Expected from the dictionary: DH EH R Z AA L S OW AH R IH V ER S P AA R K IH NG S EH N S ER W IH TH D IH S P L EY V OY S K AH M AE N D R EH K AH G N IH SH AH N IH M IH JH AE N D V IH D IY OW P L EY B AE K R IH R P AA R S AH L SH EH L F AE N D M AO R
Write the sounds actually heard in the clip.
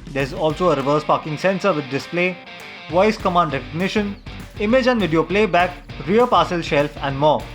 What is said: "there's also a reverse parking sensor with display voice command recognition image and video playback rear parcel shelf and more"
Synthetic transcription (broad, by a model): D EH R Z AA L S OW AH R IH V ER S P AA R K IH NG S EH N S ER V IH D D IH S P L EY V OY S K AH M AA N D R EH K AH G N IH SH AH N IH M IH JH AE N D V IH D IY OW P L EY B AE K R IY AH P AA S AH L SH EH L F AE N D M AO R